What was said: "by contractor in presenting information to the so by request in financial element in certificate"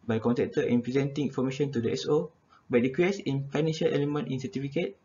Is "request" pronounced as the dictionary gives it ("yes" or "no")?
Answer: no